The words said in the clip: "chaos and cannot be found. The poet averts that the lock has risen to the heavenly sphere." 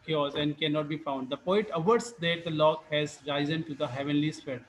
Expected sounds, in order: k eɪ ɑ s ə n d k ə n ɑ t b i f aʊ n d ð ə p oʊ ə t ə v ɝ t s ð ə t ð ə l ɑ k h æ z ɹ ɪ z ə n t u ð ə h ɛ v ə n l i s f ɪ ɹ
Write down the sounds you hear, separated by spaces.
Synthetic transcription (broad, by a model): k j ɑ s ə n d k ə n ɑ t b i f aʊ n d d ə p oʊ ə t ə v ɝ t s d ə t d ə l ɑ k h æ z ɹ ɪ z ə n t u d ə h ɛ v ə n l i s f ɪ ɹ